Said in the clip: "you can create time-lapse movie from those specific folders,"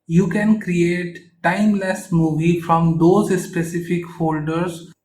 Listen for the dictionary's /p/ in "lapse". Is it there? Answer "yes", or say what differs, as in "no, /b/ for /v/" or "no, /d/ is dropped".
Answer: no, /p/ is dropped